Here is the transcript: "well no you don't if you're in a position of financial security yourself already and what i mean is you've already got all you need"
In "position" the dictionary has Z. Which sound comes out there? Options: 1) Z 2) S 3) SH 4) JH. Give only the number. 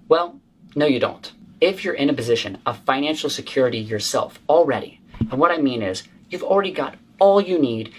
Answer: 1